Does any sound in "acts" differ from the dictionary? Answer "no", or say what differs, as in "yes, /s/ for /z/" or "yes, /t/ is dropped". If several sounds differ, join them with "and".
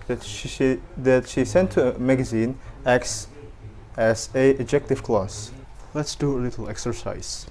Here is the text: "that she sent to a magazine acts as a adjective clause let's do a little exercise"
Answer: no